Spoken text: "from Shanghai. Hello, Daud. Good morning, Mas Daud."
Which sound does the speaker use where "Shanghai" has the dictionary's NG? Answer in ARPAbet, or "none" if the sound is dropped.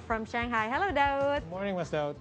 NG